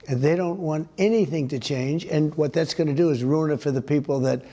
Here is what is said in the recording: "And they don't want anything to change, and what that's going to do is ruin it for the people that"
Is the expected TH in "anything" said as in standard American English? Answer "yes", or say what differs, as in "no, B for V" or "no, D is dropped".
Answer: yes